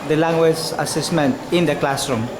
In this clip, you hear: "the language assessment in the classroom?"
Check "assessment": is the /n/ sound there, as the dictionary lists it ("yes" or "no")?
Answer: yes